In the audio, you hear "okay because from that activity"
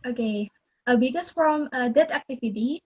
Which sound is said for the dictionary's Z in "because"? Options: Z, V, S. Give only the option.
S